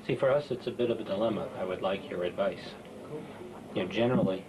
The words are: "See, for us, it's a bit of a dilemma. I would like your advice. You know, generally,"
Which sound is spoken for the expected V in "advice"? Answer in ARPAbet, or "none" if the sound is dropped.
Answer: V